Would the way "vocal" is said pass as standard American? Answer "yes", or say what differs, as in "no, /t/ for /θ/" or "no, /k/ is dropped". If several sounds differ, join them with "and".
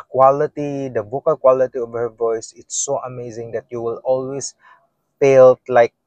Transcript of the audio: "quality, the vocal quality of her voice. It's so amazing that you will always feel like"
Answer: no, /b/ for /v/